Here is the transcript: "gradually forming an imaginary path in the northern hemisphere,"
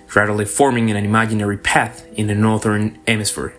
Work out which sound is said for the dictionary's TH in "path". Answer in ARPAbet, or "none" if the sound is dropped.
TH